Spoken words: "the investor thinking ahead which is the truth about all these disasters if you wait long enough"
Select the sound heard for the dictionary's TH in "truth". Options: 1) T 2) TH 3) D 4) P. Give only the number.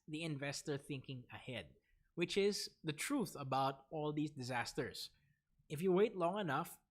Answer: 2